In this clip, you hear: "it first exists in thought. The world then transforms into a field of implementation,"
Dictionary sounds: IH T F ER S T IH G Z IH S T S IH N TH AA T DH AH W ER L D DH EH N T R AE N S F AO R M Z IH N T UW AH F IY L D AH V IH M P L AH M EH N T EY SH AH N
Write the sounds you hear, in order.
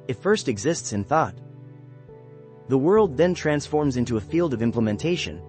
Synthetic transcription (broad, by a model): IH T F ER S T IH G Z IH S T S IH N TH AA T DH AH W ER L D DH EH N T R AE N S F AO R M Z IH N T UW AH F IY L D AH V IH M P L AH M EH N T EY SH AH N